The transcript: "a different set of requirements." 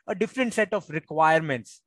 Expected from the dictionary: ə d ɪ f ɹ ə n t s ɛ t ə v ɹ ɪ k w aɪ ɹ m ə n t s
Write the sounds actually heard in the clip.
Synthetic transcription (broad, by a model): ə d ɪ f ɹ ə n t s ɛ t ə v ɹ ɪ k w aɪ ɹ m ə n t s